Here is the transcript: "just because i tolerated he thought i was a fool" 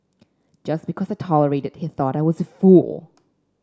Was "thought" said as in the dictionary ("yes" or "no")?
yes